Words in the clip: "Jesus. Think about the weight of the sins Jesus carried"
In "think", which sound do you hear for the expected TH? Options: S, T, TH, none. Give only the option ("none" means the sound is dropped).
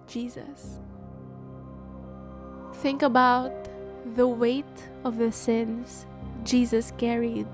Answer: TH